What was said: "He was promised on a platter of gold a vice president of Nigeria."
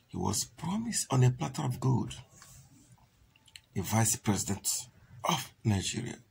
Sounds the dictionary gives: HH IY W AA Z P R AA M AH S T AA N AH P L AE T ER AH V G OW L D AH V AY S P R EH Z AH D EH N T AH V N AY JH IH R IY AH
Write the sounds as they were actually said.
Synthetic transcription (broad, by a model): HH IY W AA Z P R AA M AH S T AA N AH P L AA T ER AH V G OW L D AH V AY S P R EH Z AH D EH N T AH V N AY JH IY R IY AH